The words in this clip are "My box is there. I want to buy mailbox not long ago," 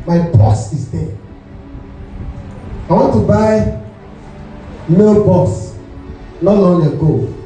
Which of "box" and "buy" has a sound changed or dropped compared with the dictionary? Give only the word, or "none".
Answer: box